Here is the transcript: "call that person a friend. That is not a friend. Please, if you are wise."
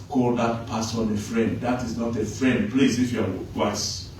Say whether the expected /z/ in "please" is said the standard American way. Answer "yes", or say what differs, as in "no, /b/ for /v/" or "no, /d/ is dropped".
no, /s/ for /z/